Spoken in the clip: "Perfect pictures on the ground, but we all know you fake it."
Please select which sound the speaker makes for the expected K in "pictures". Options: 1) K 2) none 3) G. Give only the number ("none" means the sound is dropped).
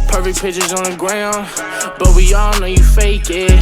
2